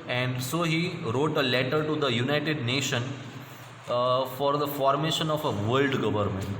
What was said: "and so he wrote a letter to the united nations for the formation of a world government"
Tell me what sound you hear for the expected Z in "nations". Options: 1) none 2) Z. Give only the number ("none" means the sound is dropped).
1